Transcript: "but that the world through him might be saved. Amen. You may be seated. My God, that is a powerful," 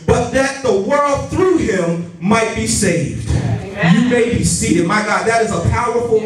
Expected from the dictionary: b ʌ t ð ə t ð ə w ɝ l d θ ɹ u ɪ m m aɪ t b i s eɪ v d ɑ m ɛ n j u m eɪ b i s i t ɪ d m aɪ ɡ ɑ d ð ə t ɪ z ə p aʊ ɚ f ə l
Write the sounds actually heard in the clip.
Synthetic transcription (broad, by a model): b ʌ t ð ə t ð ə w ɝ l d θ ɹ u ɪ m m aɪ t b i s eɪ v d j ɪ m eɪ b i s i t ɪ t m aɪ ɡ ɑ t ð ə t ɪ z ə p aʊ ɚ f l